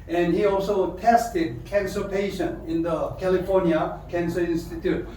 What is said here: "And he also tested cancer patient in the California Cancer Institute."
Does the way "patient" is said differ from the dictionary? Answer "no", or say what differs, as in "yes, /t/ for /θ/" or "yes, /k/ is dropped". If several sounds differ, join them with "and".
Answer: yes, /t/ is dropped